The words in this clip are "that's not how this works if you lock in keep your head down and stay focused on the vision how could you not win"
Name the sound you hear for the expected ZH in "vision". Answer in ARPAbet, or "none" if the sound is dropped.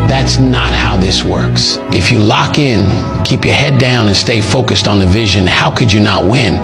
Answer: ZH